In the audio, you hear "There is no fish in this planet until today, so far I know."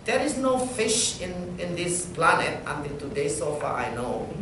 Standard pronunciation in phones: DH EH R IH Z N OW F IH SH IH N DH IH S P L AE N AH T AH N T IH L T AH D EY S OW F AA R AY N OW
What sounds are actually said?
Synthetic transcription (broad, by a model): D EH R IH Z N OW F IH SH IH N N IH S P L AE N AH T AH N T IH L T AH D EY S OW F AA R AY N OW